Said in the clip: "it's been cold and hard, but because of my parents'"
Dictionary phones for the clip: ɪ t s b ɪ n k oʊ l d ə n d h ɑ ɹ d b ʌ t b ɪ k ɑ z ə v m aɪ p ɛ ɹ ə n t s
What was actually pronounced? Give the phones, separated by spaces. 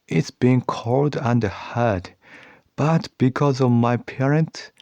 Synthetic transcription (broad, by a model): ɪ t s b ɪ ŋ k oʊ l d ə n d h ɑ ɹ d b ʌ t b ɪ k ɑ z ə v m aɪ p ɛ ɹ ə n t s